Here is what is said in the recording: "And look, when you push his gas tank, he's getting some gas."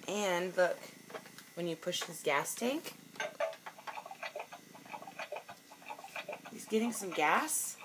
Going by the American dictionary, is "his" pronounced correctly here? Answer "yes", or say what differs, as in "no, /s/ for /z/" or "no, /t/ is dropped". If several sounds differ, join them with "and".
no, /s/ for /z/